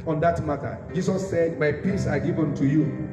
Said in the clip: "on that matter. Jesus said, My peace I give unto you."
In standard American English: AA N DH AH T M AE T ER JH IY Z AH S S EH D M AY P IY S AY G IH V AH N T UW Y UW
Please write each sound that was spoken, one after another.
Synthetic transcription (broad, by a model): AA N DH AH T M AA T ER JH IY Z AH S S EH D M AY P IY S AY G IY V AH N T UW Y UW